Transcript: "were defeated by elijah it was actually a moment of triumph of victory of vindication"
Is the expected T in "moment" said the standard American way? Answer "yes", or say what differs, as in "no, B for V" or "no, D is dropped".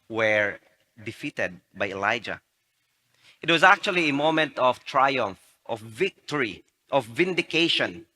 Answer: yes